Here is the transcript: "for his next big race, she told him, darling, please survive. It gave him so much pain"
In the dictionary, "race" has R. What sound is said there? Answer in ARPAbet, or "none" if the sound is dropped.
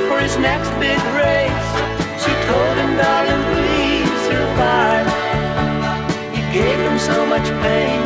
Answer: R